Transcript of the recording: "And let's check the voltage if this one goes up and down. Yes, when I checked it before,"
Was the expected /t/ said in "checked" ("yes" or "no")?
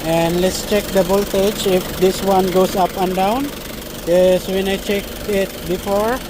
no